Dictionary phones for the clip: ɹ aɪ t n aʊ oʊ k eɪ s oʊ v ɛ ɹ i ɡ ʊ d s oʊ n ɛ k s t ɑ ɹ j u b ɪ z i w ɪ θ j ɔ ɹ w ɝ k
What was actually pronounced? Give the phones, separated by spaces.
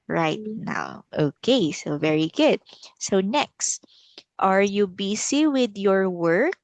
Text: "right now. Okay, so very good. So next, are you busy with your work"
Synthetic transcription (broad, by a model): ɹ aɪ t n aʊ oʊ k eɪ s oʊ v ɛ ɹ i ɡ ʊ d s oʊ n ɛ k s t ɑ ɹ j u b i s i w ɪ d j ɔ ɹ w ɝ k